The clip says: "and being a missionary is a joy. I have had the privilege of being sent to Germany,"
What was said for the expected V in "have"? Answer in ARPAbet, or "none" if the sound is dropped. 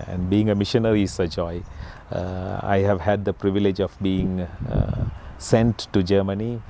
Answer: V